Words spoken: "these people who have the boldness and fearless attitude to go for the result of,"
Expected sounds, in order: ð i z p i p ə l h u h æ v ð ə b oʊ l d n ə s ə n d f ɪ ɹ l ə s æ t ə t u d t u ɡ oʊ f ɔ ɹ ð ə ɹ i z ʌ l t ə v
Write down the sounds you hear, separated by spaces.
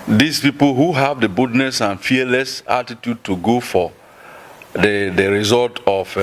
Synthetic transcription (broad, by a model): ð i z p i p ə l h u h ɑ v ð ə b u d n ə s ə n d f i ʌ l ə s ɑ t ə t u d t u ɡ oʊ f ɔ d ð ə ɹ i z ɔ l t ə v